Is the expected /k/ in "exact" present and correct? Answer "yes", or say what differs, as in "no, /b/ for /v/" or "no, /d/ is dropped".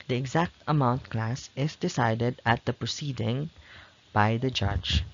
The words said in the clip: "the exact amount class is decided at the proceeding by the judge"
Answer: yes